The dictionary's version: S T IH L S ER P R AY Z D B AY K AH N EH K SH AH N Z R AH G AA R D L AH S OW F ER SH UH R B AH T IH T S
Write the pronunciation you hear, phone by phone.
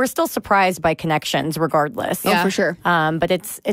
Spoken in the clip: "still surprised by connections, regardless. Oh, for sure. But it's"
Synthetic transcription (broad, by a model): S T IH L S ER P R AY Z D B AY K AH N EH K SH AH N Z R AH G AA R D L AH S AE F ER SH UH R B AH T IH T S